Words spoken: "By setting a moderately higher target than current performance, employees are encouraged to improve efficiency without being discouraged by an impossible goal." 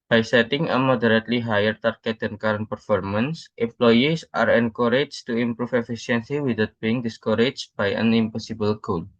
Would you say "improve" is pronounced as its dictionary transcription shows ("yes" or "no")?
no